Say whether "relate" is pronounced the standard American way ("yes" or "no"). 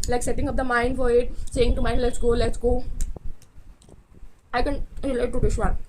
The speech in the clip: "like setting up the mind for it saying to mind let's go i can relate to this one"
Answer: no